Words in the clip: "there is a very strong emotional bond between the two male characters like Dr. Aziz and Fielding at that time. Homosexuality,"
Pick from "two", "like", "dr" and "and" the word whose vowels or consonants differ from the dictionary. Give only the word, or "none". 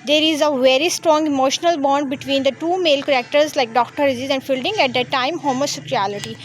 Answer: none